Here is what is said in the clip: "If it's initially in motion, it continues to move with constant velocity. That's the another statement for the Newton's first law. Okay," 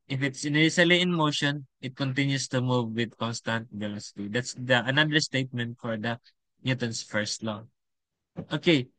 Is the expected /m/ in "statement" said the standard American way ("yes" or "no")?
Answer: yes